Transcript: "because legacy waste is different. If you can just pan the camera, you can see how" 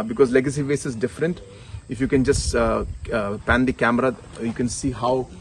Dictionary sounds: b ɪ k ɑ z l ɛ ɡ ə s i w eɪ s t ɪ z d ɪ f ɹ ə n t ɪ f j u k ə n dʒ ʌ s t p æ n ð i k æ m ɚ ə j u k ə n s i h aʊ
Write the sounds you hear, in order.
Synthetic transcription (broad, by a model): b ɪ k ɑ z l ɛ ɡ ə s i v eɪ s ɪ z d ɪ f ɹ ə n t ɪ f j u k ə n dʒ ʌ s t p æ n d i k æ m ɚ ə j u k ə n s i h aʊ